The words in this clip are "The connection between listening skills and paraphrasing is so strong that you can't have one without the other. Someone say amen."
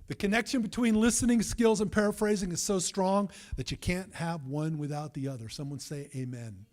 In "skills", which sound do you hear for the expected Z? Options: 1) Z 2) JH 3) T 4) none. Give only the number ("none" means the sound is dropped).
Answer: 1